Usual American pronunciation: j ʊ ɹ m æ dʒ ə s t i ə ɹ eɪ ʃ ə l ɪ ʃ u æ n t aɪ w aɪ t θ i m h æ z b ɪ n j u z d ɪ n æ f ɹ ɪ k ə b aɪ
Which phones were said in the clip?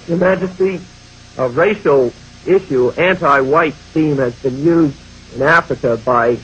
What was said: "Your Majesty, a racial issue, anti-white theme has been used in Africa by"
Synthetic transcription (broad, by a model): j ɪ m æ dʒ ə s t i ə ɹ eɪ ʃ l ɪ ʃ u æ n t aɪ w aɪ t t i m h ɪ z b ɪ n j u z d ɪ n æ f ɹ ɪ k ə b aɪ